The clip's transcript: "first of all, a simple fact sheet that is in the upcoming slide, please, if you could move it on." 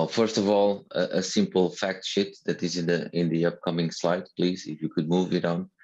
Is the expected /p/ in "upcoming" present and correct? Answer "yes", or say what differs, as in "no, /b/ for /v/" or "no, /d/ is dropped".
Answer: yes